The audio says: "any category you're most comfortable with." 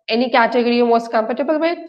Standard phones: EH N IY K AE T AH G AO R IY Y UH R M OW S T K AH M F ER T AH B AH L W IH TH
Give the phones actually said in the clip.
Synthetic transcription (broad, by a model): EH N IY K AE T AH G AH R IY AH M OW S T K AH M P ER T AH B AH L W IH